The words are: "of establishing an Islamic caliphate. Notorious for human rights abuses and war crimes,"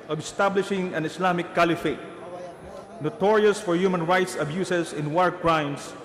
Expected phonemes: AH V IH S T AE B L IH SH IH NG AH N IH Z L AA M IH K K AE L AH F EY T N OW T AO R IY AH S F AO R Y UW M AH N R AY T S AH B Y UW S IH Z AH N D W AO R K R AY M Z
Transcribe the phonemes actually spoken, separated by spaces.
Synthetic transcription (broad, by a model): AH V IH S T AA B L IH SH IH NG AH N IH S L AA M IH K K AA L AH F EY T N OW T AO R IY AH S F AO R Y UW M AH N R AY T S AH B Y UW S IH S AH N W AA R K R AY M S